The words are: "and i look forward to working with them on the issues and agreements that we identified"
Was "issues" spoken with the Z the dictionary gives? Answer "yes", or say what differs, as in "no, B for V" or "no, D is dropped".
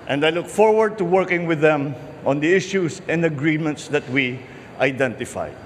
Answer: no, S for Z